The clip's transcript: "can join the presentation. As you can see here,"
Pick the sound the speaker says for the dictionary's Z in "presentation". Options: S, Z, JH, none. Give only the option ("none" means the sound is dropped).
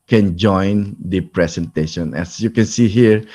S